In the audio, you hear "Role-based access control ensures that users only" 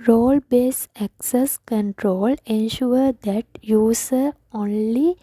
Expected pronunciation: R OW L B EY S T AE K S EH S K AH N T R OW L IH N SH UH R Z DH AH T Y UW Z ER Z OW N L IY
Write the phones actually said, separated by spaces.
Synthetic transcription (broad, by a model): R OW L B EY S AE K S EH S K AH N T R OW L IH N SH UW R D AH T Y UW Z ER OW N L IY